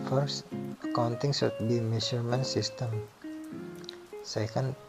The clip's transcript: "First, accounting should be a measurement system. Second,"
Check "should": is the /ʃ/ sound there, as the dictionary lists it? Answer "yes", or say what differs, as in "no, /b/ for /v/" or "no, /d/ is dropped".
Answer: no, /s/ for /ʃ/